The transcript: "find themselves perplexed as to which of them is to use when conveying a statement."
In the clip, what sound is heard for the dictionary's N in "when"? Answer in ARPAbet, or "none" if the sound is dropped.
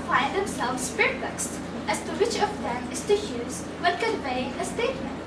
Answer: L